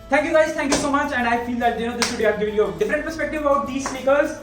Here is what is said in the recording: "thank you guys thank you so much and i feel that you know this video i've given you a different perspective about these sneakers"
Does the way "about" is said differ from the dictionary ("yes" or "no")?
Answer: yes